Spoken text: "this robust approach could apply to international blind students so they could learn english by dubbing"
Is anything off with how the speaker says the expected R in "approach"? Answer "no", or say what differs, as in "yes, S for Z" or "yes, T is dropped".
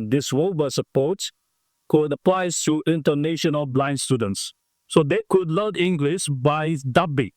yes, R is dropped